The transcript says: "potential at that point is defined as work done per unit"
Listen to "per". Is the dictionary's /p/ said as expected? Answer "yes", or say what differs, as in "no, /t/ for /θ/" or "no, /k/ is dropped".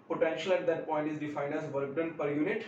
yes